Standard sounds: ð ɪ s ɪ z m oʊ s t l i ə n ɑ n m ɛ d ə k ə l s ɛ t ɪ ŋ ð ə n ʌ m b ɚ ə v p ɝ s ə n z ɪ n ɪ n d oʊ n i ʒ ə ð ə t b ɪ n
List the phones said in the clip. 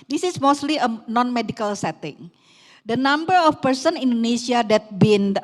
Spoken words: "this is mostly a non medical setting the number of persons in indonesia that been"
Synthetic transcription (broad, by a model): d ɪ s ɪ s m oʊ s t l i ə n ɑ n m ɛ d ə k ə l s ɛ t ɪ ŋ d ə n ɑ m b ɚ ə f p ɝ s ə n ɪ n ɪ n d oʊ n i s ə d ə t b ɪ n